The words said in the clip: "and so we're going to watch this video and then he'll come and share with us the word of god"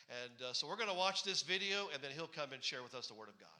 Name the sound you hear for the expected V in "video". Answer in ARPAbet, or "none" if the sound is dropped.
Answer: V